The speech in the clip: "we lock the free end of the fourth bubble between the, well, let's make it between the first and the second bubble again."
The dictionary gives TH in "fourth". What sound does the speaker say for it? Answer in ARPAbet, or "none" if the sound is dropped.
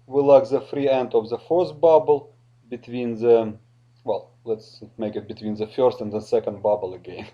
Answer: S